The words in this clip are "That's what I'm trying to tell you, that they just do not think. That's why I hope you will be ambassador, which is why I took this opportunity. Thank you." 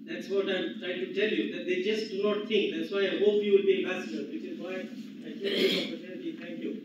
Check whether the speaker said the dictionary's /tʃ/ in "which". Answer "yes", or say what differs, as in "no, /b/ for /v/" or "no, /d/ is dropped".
no, /s/ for /tʃ/